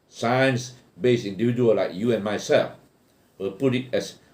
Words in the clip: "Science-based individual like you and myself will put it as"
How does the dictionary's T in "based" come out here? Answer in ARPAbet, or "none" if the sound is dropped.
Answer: none